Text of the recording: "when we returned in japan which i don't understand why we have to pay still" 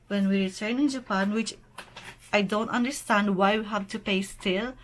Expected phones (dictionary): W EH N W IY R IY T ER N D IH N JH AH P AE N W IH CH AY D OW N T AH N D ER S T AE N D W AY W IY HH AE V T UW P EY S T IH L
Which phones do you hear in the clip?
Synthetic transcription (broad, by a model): W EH N W IY R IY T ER N IH N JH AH P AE N W IH CH AY D OW N T AH N D ER S T AE N D W AY W IY HH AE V T UW P EY S T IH L